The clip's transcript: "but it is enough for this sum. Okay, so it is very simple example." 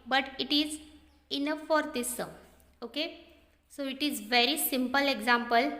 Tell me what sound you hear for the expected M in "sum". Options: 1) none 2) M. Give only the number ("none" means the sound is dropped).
1